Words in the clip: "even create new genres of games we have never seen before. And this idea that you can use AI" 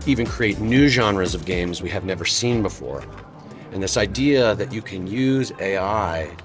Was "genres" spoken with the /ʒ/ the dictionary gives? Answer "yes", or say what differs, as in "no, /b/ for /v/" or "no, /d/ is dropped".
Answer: yes